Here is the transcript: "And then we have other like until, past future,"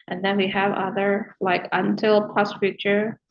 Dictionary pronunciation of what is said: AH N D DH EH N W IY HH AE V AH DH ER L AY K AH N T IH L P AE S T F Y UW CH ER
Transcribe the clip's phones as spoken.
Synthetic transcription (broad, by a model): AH N DH EH N W IY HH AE V AH DH ER L AY K AH N T IH L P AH S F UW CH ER